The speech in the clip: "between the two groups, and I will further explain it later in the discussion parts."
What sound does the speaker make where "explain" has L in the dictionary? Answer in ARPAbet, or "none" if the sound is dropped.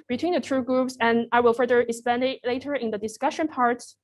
none